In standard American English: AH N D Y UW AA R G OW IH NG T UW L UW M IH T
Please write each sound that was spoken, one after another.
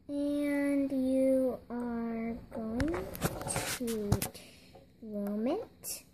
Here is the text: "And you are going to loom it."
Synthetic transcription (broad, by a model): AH N D Y UW AA R G OW IH NG T UW W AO M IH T